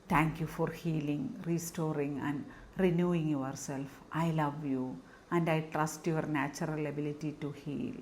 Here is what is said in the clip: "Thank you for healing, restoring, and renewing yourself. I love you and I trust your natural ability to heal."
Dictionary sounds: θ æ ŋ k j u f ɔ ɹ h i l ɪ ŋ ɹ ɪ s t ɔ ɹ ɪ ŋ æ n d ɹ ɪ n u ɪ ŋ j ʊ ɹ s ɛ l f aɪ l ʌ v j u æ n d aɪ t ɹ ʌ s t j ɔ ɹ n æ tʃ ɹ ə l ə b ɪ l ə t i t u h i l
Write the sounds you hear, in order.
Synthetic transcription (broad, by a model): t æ ŋ k j u f ɔ ɹ h i l ɪ ŋ ɹ ɪ s t ɔ ɹ ɪ ŋ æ n d ɹ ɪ n u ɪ ŋ j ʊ ɹ s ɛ l f aɪ l ʌ v j u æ n d aɪ t ɹ ʌ s t j ɔ ɹ n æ tʃ ɹ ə l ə b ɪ l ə t i t u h i l